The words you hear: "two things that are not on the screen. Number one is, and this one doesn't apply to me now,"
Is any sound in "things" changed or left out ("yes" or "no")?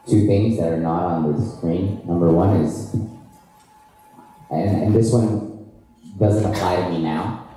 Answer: no